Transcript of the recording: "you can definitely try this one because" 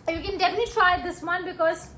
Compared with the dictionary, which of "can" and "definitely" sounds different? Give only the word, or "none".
definitely